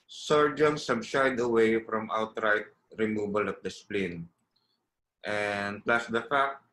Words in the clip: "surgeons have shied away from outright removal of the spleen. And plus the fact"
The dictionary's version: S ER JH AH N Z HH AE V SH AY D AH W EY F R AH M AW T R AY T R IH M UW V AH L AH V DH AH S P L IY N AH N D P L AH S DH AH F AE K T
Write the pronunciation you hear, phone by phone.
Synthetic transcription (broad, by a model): S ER JH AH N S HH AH B SH AY D AH W EY F R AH M AW T R AY T R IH M UW B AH L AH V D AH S P L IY N AH N D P L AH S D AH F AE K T